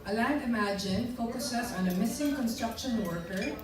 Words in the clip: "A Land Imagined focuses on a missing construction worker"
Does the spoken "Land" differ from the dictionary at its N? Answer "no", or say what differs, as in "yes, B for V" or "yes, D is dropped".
yes, N is dropped